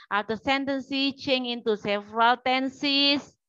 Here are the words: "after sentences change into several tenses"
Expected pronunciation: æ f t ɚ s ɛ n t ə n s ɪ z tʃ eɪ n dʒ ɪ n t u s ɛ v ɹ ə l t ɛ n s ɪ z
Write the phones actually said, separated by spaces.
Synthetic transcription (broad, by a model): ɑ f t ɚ s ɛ n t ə n s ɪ tʃ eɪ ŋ ɪ n t u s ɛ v ɹ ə l t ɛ n s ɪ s